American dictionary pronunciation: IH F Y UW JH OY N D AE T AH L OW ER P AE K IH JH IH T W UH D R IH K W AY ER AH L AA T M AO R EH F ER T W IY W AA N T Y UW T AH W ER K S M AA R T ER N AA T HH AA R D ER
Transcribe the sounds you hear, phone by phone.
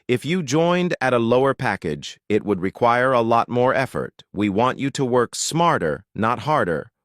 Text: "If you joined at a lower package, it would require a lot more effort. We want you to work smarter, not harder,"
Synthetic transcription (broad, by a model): IH F Y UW JH OY N D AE T AH L OW ER P AE K IH JH IH T W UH D R IH K W AY ER AH L AA T M AO R EH F ER T W IY W AA N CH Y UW T AH W ER K S M AA R T ER N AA T HH AA R D ER